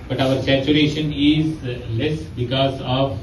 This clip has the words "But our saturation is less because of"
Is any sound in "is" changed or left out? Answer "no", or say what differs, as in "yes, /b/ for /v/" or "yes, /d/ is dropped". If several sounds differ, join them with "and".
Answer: no